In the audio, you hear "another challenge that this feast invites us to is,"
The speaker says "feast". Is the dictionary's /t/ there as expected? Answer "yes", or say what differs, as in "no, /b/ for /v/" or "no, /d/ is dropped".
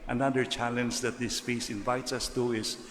no, /t/ is dropped